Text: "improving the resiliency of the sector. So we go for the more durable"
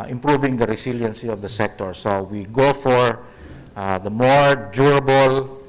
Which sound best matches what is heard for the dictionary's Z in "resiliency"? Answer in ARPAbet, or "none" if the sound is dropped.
S